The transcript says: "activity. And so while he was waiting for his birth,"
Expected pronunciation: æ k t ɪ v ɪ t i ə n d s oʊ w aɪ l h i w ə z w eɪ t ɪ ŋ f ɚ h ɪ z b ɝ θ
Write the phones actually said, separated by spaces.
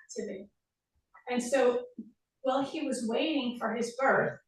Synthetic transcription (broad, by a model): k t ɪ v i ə n s oʊ w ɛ l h i w ə z w eɪ t ɪ ŋ f ɚ ɪ z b ɝ θ